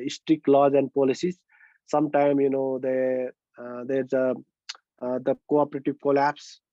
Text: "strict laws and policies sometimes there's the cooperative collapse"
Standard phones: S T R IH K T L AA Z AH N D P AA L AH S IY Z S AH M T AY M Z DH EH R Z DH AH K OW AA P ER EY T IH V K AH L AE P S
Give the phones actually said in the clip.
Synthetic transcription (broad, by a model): S T R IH K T L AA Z AH N D P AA L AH S IY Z S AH M T AY M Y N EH R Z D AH K OW AA P ER EY T IH V K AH L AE P S